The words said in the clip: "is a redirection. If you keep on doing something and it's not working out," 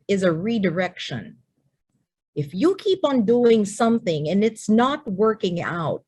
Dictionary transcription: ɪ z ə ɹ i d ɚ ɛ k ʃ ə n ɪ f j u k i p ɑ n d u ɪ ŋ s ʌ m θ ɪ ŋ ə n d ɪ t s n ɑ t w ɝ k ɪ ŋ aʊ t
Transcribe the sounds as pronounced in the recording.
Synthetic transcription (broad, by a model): ɪ z ə ɹ i d ɚ ɛ k ʃ ə n ɪ f j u k i p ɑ n d u ɪ ŋ s ʌ m θ ɪ ŋ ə n ɪ t s n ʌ t w ɝ k ɪ ŋ aʊ t